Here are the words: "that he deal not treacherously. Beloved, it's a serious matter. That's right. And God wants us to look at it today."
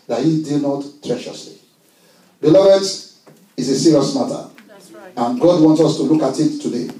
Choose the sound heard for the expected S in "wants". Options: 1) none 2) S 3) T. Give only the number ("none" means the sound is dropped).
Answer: 2